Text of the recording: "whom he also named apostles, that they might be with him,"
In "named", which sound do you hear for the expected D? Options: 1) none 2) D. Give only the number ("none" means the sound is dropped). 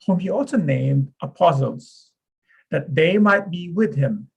2